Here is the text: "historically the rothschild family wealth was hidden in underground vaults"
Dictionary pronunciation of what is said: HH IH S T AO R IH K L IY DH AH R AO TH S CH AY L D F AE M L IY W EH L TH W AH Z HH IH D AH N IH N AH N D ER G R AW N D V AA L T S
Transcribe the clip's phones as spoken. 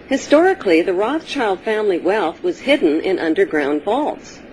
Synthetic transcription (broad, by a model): HH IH S T AO R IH K L IY DH AH R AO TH CH AY L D F AE M L IY W EH L TH W AH Z HH IH D N IH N AH N D ER G R AW N D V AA L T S